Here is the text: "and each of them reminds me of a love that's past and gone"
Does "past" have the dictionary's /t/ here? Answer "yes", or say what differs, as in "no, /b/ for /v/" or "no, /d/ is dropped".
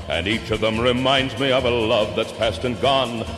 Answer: yes